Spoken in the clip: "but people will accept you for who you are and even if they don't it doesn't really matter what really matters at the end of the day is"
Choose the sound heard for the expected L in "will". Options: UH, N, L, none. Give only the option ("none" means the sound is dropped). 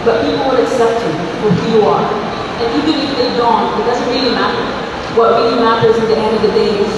N